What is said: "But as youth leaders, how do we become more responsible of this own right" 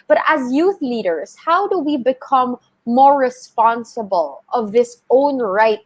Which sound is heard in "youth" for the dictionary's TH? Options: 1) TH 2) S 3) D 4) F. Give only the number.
1